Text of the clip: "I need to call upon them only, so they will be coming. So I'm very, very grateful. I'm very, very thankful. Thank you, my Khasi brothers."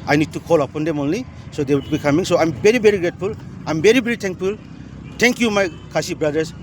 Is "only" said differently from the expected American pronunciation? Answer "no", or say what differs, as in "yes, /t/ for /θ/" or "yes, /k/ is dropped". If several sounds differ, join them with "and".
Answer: no